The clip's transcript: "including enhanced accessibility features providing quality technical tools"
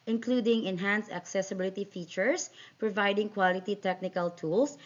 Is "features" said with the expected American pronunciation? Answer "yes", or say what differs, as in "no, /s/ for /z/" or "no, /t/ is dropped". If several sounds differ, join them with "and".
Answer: no, /s/ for /z/